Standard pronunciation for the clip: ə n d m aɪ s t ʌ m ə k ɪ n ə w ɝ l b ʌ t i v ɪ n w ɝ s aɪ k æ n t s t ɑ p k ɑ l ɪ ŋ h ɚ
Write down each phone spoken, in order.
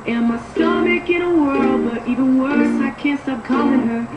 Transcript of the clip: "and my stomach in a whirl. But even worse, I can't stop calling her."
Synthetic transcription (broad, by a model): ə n m aɪ s t ʌ m ə k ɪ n ə w ɝ l b ʌ t i v ɪ n w ɝ s aɪ k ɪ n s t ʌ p k ɑ l ɪ ŋ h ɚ